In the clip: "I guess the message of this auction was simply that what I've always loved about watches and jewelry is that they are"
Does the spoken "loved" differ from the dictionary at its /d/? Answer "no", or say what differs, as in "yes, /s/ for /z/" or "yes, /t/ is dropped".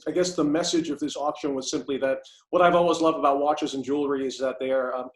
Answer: no